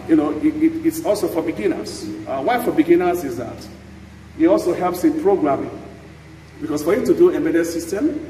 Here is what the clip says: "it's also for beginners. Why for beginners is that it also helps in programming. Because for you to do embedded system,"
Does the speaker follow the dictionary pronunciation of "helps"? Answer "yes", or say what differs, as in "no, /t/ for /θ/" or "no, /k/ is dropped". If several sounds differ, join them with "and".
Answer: yes